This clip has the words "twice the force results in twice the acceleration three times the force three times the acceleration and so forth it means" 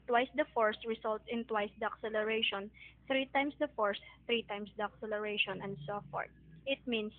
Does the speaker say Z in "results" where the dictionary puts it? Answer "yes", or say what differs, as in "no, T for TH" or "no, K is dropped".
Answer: no, S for Z